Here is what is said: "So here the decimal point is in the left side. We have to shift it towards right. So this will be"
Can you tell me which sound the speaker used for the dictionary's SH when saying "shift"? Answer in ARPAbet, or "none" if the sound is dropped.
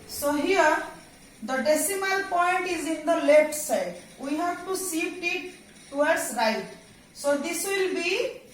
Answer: S